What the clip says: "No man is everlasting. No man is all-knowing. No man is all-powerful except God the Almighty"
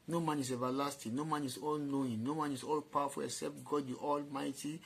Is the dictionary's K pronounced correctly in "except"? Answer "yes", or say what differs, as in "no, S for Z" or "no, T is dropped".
yes